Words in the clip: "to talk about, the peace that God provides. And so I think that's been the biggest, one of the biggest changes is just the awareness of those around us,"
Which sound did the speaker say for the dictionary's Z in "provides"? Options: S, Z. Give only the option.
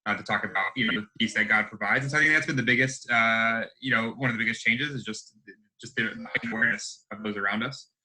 Z